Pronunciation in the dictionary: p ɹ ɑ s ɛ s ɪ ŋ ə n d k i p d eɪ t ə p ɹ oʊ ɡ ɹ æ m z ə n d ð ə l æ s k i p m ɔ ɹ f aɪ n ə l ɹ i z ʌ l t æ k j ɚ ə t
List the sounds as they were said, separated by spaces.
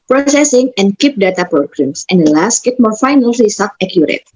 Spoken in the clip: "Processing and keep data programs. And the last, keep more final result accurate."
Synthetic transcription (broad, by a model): p ɹ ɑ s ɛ s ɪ ŋ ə n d k i p d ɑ t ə p ɹ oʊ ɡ ɹ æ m s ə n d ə l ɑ s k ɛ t m ɔ ɹ f aɪ n ə l l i s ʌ t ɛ k j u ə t